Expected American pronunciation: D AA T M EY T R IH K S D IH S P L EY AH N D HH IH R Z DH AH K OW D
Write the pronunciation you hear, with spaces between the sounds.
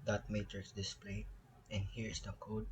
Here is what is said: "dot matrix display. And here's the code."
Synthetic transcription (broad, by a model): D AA T M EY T IH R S D IH S P L EY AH N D HH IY R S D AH K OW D